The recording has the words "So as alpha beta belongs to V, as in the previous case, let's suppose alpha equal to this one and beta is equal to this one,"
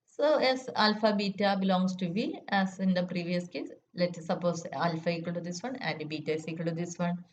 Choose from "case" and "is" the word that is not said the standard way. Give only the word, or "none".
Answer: is